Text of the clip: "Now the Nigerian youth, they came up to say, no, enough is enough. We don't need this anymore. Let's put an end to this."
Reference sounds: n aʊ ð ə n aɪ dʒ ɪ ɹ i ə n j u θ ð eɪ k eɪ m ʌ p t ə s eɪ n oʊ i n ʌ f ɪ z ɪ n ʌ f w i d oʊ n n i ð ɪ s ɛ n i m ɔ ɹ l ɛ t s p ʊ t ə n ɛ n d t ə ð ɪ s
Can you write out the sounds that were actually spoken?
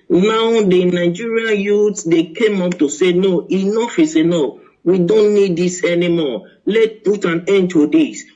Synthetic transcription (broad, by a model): n aʊ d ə n aɪ dʒ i ɹ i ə n j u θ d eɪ k eɪ m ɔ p t ə s eɪ n oʊ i n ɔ f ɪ s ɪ n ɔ w i d oʊ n n i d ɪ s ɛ n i m ɔ l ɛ t p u t ə n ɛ n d t ə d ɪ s